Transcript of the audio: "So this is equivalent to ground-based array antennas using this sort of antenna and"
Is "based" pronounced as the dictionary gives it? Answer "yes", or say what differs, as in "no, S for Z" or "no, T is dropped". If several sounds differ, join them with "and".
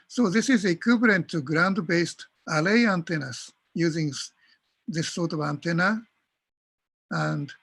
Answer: yes